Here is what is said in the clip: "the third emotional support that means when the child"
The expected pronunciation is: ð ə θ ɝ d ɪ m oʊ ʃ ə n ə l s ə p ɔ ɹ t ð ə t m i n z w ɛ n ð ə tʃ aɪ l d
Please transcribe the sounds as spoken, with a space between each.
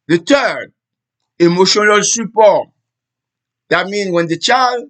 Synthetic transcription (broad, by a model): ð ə t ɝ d ɪ m oʊ ʃ ə n ə l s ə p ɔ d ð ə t m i n w ɛ n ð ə tʃ aɪ l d